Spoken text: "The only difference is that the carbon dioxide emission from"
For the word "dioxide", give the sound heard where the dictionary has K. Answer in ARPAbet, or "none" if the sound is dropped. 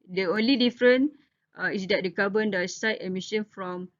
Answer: none